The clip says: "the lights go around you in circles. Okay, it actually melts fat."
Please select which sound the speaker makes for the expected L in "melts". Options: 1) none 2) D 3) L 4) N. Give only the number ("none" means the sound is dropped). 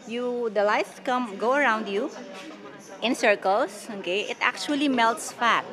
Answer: 3